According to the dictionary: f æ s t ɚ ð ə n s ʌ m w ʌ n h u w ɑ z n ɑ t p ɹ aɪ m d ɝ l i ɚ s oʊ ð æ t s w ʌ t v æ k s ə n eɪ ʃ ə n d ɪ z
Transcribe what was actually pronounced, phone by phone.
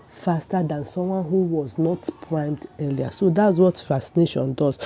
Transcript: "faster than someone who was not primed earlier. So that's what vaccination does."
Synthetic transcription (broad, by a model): f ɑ s t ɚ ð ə n s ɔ m w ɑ n h u w ɑ z n ɑ t p ɹ aɪ m d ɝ l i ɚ s oʊ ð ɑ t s w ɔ t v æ s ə n eɪ ʃ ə n d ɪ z